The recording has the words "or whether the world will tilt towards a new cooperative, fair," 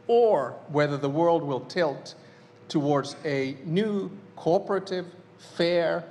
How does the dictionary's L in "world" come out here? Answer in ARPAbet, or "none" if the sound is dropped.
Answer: L